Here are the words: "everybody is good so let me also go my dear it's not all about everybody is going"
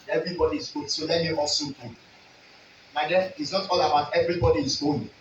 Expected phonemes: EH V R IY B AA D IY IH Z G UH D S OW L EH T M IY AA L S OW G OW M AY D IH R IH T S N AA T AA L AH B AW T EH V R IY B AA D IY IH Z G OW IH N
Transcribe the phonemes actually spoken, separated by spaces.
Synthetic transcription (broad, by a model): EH V R IY B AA D IY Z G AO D S OW L EH T M IY AA L S OW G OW M AY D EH IH T S N AA T AA L AH B AW T EH V R IY B AA D IY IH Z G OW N